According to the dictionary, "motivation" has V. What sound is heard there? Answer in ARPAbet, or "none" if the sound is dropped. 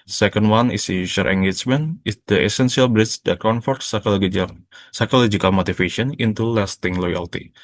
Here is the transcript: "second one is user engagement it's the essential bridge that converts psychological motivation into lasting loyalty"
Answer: F